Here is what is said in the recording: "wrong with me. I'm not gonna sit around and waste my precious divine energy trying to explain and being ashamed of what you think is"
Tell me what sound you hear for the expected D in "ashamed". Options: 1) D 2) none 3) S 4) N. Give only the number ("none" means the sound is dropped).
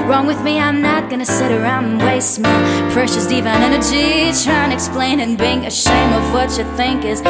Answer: 2